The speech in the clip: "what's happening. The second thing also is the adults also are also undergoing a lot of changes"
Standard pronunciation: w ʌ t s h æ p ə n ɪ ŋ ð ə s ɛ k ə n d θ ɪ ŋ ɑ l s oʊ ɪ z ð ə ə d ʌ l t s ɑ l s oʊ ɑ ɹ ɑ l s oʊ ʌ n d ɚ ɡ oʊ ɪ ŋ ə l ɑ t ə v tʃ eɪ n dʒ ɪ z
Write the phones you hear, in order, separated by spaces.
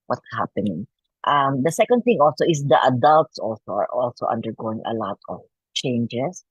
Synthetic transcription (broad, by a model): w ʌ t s h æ p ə n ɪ ŋ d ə s ɛ k ə n d θ ɪ ŋ ɑ l s oʊ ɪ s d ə ə d ʌ l t s ɑ l s oʊ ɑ ɹ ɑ l s oʊ ʌ n d ɚ ɡ oʊ ɪ ŋ ə l ɑ t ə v tʃ eɪ n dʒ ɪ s